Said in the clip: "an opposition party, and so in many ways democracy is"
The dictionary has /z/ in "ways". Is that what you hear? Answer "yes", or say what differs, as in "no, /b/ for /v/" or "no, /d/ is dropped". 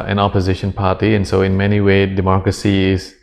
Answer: no, /z/ is dropped